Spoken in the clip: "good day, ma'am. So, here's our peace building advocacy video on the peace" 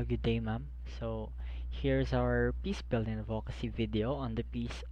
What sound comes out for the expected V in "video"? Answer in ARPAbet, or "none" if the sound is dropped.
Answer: V